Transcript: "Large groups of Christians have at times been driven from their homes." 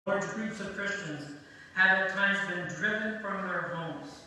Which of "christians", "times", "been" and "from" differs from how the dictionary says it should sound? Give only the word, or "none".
none